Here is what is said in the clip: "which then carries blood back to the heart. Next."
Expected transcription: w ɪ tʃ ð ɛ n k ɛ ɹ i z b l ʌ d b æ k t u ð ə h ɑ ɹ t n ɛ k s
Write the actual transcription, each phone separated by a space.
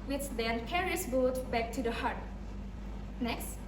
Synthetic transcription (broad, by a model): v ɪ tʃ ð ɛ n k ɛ ɹ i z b ɔ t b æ k t u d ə h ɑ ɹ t n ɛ k s